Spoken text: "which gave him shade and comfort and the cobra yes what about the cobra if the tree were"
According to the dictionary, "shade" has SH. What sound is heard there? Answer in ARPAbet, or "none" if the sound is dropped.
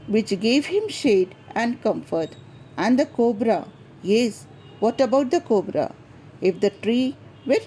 SH